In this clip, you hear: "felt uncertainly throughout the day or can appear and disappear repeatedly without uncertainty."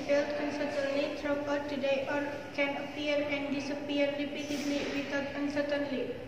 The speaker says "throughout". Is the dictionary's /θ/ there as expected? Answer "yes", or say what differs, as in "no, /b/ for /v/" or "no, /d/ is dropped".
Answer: no, /t/ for /θ/